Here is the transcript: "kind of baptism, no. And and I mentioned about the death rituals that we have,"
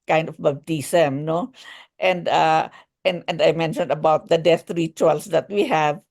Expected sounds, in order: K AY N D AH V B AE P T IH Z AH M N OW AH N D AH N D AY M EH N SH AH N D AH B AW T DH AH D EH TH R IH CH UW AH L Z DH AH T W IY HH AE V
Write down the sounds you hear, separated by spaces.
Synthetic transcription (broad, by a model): K AY N D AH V B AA B T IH S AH M N OW AH N D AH N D AY M EH N SH AH N D AH B AW T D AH D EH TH R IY CH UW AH L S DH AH T W IY HH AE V